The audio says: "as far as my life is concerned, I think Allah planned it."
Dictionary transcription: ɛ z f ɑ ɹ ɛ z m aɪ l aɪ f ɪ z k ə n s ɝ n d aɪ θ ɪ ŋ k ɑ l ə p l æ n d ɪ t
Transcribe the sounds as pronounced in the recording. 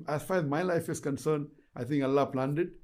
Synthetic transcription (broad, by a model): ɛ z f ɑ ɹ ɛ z m aɪ l aɪ f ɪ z k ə n s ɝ n d aɪ t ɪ ŋ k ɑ l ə p l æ n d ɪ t